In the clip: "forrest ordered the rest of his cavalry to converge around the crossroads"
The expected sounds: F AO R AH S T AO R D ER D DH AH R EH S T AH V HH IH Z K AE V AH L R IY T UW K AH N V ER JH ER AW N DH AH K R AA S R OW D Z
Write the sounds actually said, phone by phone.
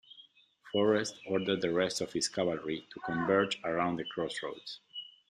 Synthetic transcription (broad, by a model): F AO R AH S T AO R D ER D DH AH R EH S T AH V HH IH S K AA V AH L R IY T UW K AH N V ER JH ER AW N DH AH K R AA S R OW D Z